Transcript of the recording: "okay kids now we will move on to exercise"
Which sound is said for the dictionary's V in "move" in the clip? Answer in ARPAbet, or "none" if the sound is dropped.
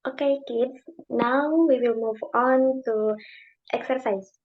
V